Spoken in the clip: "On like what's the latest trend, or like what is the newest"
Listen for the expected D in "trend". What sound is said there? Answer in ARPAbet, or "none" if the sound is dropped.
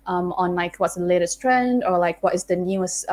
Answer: D